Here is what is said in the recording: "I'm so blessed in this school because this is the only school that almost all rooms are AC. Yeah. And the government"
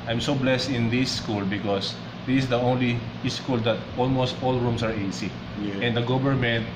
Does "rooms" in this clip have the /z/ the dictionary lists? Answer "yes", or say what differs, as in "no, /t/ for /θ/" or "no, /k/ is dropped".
no, /s/ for /z/